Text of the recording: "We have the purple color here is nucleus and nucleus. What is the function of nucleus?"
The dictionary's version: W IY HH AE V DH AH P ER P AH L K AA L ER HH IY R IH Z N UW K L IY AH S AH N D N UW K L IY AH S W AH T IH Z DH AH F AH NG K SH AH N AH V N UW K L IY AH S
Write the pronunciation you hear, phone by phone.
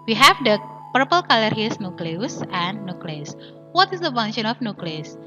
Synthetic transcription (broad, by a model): W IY HH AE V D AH P ER P AH L K AA L ER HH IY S N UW K L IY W S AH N N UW K L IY S W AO T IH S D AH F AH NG SH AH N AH F N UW K L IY S